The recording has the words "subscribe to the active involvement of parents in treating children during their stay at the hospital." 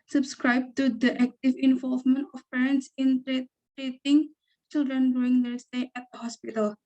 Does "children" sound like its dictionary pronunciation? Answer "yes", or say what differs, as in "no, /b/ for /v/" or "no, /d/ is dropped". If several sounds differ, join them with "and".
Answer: yes